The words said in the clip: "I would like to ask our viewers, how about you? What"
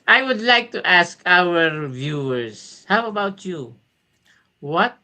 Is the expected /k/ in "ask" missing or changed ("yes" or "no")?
no